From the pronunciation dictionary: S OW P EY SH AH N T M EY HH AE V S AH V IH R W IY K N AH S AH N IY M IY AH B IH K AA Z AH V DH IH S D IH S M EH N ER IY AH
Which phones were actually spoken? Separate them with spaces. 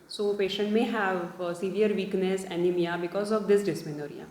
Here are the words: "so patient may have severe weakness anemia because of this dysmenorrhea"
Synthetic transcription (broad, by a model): S OW P EY SH AH N T M EY HH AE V S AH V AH R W IY K N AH S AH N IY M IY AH B IH K AA Z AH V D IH S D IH S M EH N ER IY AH